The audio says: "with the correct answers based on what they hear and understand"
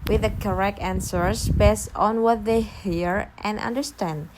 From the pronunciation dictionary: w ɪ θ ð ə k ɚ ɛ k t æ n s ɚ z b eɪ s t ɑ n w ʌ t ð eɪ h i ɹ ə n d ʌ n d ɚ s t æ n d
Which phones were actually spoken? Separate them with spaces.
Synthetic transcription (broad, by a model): w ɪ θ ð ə k ɚ ɛ k t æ n s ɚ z b eɪ s t ɑ n w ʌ t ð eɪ h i ɹ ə n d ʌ n d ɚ s t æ n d